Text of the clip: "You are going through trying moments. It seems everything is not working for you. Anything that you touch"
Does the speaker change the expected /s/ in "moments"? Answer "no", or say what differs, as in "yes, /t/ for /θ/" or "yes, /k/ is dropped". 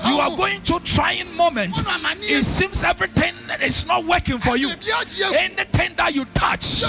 yes, /s/ is dropped